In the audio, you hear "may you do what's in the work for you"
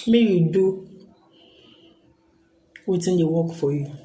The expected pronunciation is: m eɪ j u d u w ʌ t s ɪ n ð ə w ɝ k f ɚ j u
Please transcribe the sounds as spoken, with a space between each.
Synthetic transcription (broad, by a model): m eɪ j u d u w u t ɪ n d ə w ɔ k f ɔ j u